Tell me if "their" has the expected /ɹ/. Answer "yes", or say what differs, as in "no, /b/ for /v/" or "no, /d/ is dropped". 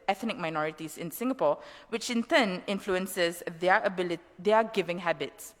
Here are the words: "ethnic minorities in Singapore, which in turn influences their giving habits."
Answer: no, /l/ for /ɹ/